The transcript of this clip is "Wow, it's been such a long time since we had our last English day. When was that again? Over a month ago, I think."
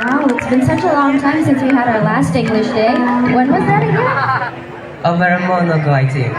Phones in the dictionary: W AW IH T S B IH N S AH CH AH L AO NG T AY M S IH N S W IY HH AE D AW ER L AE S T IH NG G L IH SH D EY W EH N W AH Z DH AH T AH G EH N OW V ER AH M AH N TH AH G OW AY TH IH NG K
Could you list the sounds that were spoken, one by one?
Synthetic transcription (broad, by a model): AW IH T S B IH N S AH CH AH L AO NG T AY M S IH N S W IY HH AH D AW ER L AE S T IH NG G L IH SH D EY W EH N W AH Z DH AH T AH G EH OW V ER AH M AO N AH G OW AY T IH